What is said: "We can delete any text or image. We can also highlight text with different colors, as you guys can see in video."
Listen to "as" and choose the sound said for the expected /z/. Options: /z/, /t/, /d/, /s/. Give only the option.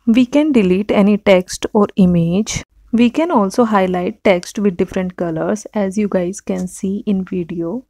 /z/